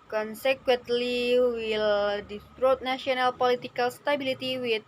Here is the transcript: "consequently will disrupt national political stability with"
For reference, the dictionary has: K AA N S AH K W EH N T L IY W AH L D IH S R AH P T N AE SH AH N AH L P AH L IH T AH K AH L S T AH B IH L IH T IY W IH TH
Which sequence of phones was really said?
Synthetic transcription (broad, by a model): K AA N S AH K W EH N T L IY W AH L D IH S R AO T N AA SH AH N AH L P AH L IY T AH K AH L S T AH B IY L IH T IY W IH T